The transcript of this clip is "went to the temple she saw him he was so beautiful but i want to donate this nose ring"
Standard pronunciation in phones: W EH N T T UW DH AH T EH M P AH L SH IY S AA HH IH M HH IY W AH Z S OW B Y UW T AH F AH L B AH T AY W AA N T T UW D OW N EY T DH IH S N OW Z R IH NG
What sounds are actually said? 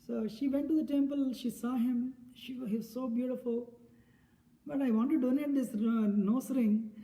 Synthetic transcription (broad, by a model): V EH N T T UW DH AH T EH M P AH L SH IY S AA HH IH M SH IY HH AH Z S OW B Y UW T AH F AH L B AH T AY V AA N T T UW D OW N EY T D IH S N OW S R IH NG